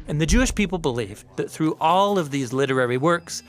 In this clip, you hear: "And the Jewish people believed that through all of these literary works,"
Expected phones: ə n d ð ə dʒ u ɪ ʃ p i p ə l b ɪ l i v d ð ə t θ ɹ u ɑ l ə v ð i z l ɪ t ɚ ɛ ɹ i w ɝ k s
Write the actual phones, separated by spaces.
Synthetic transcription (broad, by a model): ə n ð ə dʒ u ɪ ʃ p i p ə l b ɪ l i v ð ə t θ ɹ u ɑ l ə v ð i z l ɪ t ɚ ɛ ɹ i w ɝ k s